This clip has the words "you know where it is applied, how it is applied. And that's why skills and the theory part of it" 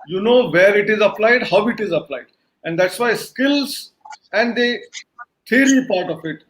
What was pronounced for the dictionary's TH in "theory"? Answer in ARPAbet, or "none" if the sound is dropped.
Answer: T